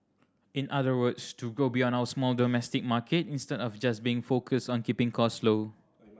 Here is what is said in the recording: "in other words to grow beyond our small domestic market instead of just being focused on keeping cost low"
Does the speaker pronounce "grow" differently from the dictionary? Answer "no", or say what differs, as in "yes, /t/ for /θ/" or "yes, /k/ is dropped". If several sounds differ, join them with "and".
yes, /ɹ/ is dropped